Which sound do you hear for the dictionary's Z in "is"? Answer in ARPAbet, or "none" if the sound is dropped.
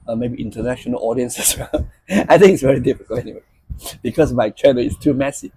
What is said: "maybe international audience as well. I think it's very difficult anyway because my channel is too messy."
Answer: S